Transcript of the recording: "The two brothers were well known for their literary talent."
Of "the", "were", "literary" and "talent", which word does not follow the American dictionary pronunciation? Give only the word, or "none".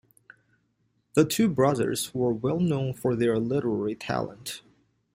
none